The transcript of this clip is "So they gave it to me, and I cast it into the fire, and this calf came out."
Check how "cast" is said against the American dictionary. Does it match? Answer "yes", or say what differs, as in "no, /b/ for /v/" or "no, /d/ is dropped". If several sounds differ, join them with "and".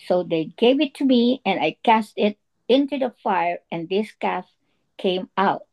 yes